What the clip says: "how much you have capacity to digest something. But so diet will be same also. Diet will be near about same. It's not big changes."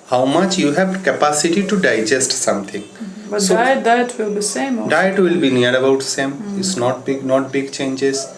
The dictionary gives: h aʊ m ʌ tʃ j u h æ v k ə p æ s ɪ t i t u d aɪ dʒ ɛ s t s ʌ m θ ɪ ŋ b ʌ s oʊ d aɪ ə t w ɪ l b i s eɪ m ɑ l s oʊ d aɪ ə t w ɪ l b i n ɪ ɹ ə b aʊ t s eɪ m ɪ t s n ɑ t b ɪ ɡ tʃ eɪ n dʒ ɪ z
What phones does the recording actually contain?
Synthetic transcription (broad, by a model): h aʊ m ʌ tʃ j u h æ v k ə p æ s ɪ t i t u d aɪ dʒ ɛ s t s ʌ m t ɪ ŋ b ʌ s oʊ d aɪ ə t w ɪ l b i s eɪ m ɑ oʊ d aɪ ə t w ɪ l b i n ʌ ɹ ə b aʊ t s eɪ m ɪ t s n ɑ t b ɪ ɡ tʃ eɪ n dʒ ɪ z